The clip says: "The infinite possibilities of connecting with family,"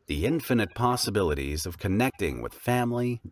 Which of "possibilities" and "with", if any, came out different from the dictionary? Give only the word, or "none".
none